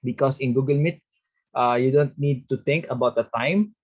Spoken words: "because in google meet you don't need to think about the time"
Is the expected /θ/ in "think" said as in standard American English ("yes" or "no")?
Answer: no